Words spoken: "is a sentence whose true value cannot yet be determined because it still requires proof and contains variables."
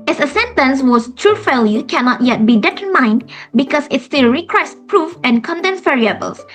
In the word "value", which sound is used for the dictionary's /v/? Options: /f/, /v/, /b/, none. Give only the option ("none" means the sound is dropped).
/f/